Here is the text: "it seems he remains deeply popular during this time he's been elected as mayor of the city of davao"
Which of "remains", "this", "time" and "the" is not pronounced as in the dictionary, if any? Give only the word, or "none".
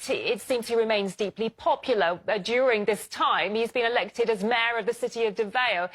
none